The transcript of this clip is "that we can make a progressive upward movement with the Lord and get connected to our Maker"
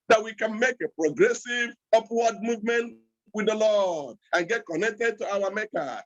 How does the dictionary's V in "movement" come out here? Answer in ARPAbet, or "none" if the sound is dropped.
V